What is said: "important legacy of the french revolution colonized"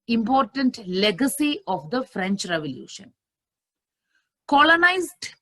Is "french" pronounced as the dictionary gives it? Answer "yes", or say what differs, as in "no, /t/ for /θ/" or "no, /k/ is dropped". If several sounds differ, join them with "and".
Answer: yes